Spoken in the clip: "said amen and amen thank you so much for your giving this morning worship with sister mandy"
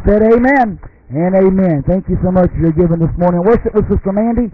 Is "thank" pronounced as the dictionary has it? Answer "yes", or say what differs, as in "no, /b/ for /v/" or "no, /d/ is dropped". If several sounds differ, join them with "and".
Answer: yes